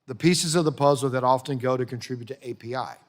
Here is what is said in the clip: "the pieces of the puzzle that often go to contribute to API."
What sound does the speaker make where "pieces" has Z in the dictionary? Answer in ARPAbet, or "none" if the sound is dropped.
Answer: Z